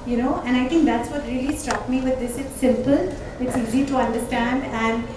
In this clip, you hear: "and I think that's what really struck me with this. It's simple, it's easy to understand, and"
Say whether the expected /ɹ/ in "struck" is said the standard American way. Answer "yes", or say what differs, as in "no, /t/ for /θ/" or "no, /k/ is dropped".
yes